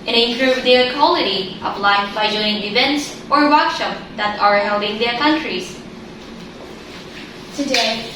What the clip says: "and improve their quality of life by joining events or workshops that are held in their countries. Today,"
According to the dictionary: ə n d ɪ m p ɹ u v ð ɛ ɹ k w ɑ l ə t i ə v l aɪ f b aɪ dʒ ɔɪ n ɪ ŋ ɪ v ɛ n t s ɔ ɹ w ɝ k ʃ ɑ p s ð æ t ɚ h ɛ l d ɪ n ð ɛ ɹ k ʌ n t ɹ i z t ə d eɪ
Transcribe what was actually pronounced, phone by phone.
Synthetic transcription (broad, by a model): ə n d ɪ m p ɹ u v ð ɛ k w ɑ l ə t i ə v l aɪ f b aɪ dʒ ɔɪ ɪ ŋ ɪ v ɛ n t s ɔ ɹ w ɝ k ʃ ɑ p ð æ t ɚ h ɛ l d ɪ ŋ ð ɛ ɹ k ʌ n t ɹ i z t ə d eɪ